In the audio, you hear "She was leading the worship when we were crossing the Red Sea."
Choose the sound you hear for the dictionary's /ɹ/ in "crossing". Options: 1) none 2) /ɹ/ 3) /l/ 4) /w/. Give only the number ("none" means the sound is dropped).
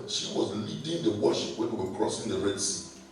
2